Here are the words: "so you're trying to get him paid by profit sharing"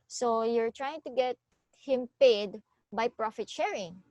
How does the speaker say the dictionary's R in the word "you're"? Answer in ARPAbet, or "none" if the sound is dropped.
R